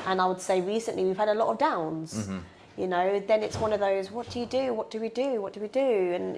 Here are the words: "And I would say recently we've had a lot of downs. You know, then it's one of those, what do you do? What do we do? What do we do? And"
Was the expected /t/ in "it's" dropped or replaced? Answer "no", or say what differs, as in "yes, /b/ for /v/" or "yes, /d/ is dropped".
no